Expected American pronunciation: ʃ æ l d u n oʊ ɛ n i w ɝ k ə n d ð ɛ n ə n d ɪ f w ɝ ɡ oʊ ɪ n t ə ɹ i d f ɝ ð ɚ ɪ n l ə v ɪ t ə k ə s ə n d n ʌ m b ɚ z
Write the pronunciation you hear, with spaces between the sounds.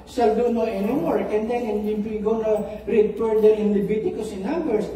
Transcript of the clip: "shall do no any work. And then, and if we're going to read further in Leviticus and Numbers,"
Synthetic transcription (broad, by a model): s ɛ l d u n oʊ ɛ n i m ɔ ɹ ə n d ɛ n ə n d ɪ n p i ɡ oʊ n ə ɹ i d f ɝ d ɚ ɪ n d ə b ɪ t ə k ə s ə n n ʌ m b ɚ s